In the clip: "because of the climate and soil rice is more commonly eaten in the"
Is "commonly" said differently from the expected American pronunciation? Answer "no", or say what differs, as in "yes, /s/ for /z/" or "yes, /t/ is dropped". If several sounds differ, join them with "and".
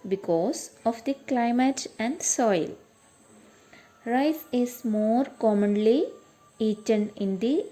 no